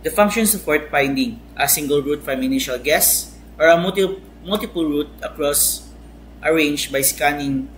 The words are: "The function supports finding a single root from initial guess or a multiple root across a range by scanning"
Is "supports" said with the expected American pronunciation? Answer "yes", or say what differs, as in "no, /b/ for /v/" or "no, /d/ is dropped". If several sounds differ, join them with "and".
no, /f/ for /p/